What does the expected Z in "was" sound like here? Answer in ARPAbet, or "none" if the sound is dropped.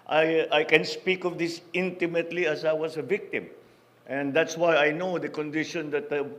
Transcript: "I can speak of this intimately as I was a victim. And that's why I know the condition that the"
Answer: S